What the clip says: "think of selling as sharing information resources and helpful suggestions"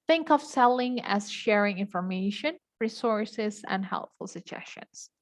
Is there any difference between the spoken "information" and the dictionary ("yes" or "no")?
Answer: no